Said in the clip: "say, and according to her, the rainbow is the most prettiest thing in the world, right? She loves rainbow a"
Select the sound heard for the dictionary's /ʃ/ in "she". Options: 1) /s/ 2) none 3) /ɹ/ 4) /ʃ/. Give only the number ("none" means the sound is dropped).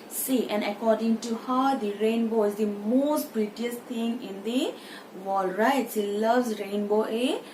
1